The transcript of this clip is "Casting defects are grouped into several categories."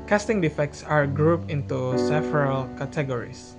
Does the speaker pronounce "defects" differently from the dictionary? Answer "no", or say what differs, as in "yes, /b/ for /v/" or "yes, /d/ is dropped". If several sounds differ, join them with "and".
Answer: no